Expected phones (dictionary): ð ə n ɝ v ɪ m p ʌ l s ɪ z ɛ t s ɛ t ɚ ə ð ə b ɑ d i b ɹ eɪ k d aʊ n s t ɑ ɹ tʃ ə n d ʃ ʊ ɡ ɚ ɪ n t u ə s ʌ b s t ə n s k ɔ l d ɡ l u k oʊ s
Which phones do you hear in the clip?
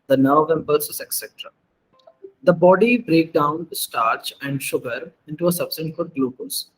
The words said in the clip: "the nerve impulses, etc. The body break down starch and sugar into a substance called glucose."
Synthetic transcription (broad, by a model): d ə n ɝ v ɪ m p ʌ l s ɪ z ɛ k s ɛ t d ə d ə b ɑ d i b ɹ eɪ k d aʊ n s t ɑ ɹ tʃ ə n d ʃ ʊ ɡ ɚ ɪ n t u ə s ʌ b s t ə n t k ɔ d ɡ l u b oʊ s